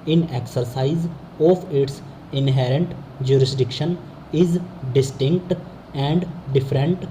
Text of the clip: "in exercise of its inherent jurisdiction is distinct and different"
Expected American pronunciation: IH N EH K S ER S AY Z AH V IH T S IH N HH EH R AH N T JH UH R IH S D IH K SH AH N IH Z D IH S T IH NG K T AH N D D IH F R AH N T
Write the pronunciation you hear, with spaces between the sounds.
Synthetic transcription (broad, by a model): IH N EH K S ER S AY Z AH P IH T S IH N HH EH R AH N T JH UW R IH S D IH K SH AH N IH Z D IH S T IH NG K T AH N D D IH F R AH N T